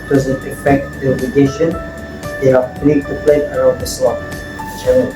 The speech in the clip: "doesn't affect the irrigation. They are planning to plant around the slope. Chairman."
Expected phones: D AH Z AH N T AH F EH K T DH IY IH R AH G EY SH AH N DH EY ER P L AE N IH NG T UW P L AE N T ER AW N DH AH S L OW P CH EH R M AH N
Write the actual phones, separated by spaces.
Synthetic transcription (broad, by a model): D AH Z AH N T AH F EH K T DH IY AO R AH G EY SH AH N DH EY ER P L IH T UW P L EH T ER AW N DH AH S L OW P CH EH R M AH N